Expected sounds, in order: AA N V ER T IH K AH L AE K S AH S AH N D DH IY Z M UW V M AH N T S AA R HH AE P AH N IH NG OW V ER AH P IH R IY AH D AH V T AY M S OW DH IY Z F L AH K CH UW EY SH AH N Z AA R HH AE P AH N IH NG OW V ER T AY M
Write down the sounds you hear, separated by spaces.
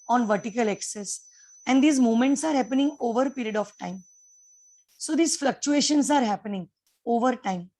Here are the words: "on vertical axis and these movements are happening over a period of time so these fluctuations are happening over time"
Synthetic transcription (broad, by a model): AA N V ER T IH K AH L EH K S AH S AH N D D IY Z M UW M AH N T S AA R HH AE P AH N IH NG OW V ER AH P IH R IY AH D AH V T AY M S OW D IY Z F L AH K CH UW EY SH AH N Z AA R HH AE P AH N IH NG OW V ER T AY M